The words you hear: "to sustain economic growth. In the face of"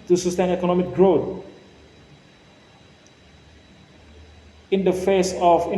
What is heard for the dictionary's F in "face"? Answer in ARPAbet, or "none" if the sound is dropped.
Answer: F